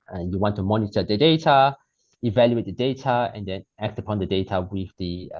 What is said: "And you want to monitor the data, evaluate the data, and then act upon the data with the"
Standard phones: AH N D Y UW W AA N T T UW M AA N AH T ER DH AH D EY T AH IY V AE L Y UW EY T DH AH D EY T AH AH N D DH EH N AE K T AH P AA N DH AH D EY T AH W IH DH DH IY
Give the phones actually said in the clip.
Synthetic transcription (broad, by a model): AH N Y UW W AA N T T UW M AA N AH T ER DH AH D EY T AH IY V AE L Y UW EY T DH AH D EY T AH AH N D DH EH N AE K T AH P AA N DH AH D EY T AH W IH DH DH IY